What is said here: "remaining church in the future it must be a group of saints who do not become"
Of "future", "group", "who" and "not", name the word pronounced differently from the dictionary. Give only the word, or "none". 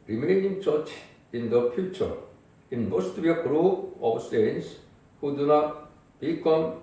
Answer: group